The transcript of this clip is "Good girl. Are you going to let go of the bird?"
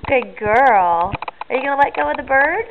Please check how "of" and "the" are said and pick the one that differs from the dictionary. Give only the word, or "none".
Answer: of